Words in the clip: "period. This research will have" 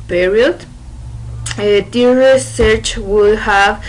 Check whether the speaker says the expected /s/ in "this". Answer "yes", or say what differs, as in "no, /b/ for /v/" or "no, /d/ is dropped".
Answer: no, /s/ is dropped